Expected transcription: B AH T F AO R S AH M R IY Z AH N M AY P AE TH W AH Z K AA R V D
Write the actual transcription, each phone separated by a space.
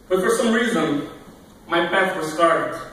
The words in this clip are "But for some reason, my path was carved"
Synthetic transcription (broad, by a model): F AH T F AO R S AH M R IY Z AH N M AY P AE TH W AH S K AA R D